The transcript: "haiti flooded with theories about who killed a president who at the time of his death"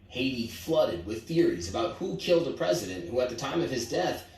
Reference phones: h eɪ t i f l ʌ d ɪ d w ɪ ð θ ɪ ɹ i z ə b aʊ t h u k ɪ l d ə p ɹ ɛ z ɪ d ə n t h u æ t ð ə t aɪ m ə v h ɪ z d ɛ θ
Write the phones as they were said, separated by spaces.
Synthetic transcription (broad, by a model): h eɪ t i f l ʌ d ɪ d w ɪ ð θ ɪ ɹ i z ə b aʊ t h u k ɪ l d ə p ɹ ɛ z ɪ d ə n t h u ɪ t ð ə t aɪ m ə v ɪ z d ɛ θ